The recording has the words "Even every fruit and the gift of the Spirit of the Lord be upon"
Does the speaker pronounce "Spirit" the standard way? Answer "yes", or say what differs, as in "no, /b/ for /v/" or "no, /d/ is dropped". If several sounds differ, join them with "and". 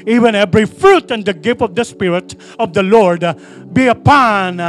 yes